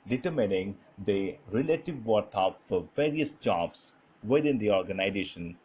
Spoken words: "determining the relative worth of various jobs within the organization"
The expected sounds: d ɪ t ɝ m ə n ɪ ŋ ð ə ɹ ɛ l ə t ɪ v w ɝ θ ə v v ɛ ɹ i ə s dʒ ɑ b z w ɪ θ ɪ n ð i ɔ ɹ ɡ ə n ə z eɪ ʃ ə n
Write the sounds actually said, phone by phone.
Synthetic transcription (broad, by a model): d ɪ t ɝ m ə n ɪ ŋ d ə ɹ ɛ l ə t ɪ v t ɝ f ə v v ɛ ɹ i ə s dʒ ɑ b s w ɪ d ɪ n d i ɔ ɹ ɡ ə n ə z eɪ ʃ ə n